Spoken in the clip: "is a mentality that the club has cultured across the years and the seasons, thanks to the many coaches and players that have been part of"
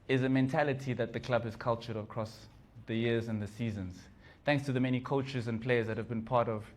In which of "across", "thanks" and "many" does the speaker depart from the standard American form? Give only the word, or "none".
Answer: none